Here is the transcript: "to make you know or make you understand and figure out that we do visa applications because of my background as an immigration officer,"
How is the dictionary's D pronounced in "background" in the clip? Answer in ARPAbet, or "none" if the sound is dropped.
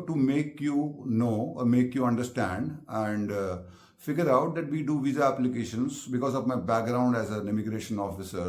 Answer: D